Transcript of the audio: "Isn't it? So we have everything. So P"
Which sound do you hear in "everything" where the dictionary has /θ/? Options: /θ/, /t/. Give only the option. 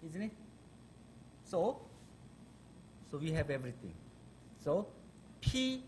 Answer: /t/